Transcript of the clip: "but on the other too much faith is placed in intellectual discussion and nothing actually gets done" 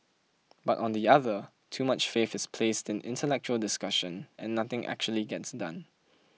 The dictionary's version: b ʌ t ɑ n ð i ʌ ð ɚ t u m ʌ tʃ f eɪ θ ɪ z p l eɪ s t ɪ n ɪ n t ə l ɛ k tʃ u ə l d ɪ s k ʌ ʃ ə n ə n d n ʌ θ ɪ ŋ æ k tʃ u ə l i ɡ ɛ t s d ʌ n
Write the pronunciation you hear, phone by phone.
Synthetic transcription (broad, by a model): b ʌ t ɑ n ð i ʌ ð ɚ t u m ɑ tʃ f eɪ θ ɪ s p l eɪ s t ɪ n ɪ n t ə l ɛ k tʃ u ə l d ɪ s k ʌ ʃ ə n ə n n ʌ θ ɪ ŋ æ k tʃ u ə l i ɡ ɛ t s d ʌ n